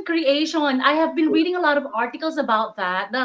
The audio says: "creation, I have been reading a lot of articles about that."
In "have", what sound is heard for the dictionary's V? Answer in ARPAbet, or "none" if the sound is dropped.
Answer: V